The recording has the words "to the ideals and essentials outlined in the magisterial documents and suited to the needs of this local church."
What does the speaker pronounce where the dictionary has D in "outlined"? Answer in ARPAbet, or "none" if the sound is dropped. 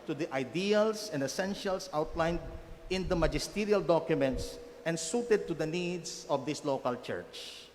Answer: D